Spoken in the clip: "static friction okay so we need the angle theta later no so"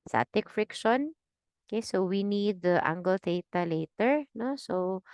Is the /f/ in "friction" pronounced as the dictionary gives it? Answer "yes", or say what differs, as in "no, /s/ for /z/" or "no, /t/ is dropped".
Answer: yes